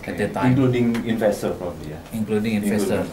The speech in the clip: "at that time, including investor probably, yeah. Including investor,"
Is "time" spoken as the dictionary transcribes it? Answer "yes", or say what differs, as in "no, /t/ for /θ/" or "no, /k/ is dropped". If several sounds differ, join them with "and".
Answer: no, /m/ is dropped